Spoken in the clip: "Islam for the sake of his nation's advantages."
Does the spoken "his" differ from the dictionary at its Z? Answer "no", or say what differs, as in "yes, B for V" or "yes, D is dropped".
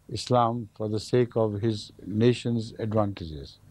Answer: no